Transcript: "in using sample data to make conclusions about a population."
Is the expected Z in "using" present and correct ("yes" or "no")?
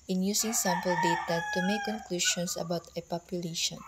no